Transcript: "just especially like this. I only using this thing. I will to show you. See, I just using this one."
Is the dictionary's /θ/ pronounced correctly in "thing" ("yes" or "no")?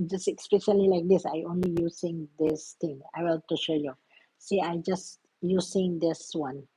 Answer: no